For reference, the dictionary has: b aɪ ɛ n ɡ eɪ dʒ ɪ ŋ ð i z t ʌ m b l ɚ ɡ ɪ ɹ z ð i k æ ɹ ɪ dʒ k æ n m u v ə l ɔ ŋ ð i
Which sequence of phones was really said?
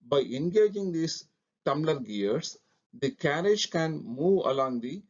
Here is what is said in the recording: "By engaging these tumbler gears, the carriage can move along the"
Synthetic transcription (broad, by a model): b aɪ ɛ n ɡ eɪ dʒ ɪ ŋ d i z t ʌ m l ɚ ɡ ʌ ɹ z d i k æ ɹ ɪ dʒ k æ n m u v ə l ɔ ŋ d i